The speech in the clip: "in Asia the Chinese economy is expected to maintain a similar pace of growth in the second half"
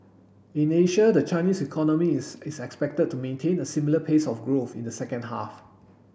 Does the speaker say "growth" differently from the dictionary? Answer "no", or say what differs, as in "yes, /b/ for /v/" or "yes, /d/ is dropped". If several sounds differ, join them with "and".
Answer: no